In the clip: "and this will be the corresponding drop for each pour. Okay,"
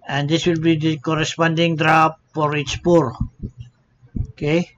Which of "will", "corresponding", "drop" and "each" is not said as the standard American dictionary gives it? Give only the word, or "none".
each